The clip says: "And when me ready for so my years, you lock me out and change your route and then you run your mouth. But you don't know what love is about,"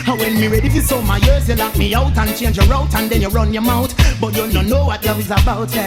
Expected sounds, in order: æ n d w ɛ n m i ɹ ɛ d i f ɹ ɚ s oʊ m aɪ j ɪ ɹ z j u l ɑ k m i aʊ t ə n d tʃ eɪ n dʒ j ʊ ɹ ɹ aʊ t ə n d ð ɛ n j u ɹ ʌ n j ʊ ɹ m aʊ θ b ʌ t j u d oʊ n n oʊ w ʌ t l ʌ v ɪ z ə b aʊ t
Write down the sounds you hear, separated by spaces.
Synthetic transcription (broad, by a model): w ɛ n m i ɹ ɛ d i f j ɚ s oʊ m aɪ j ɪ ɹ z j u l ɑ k m i aʊ t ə n tʃ eɪ n dʒ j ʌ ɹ ɹ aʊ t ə n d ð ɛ n j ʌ ɹ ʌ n j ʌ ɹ m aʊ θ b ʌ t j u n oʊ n n oʊ w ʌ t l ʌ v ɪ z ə b aʊ t